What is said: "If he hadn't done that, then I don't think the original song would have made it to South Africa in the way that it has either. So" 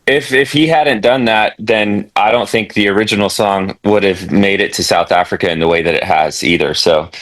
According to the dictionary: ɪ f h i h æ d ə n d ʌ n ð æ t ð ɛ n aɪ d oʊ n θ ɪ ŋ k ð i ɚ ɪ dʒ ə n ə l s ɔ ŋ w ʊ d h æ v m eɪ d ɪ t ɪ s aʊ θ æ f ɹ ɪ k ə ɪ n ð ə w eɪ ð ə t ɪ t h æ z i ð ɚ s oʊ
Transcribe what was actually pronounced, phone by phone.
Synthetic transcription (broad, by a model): ɪ f h i h æ d n d ʌ n ð æ t ð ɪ n aɪ d oʊ n θ ɪ ŋ k ð i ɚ ɪ dʒ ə n l s ɔ ŋ w ʊ d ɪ v m eɪ d ɪ t ɪ s aʊ θ æ f ɹ ɪ k ə ɪ n ð ə w eɪ ð ə t ɪ t h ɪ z i ð ɚ s oʊ